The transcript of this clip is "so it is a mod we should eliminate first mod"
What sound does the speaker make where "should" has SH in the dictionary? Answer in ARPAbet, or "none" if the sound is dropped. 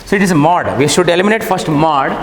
SH